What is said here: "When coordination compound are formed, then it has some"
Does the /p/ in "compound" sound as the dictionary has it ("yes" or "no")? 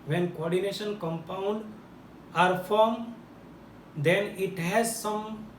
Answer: yes